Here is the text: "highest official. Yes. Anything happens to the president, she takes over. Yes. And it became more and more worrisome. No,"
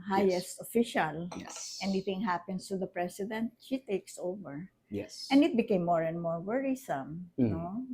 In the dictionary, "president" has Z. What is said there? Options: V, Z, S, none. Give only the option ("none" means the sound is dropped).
S